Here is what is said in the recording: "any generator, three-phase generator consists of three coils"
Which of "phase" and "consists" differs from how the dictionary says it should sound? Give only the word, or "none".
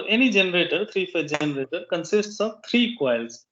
phase